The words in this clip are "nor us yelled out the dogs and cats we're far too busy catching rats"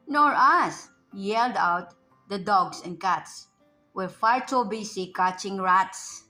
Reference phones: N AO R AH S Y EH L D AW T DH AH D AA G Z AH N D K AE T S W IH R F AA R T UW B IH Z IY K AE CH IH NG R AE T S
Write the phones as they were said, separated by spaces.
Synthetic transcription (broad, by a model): N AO R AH S Y EH L D AW T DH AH D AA G S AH N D K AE T S W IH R F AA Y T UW B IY S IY K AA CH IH NG R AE T S